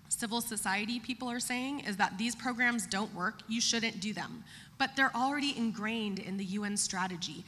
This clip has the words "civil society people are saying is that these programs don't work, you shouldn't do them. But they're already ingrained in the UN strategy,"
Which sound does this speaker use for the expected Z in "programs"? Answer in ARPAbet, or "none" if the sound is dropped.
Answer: Z